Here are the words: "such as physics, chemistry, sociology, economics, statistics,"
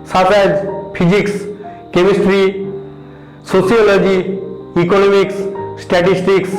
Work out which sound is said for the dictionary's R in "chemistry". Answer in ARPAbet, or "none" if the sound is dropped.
R